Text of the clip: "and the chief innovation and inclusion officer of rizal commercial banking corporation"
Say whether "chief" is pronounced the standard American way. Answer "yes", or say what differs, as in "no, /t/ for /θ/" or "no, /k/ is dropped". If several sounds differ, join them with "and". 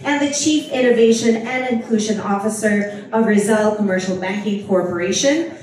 yes